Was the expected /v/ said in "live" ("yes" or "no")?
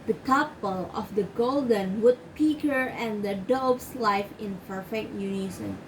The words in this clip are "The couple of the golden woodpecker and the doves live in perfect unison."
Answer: no